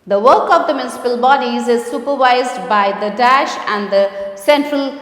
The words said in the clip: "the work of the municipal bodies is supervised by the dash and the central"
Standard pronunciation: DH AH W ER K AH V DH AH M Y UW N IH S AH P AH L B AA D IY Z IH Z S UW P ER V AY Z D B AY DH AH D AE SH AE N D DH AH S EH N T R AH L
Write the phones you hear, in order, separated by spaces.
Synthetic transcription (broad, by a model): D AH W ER K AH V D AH M Y UW N IH S AH P AH L B AA D IY Z IH Z S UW P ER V AY Z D B AY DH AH D AE SH AE N D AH S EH N T R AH L